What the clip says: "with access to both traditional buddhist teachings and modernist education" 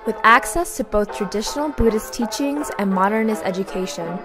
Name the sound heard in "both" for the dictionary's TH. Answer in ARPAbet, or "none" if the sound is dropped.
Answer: TH